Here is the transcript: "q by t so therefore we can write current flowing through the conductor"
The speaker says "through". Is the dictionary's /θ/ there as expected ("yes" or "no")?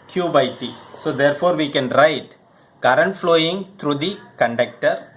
no